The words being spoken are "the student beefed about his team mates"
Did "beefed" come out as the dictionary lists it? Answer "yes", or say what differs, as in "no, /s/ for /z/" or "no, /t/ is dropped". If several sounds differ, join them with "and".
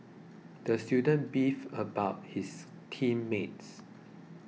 no, /t/ is dropped